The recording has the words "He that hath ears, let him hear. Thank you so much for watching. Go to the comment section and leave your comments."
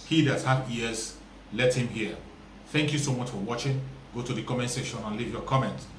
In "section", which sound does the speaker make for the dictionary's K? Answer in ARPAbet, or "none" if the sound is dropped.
none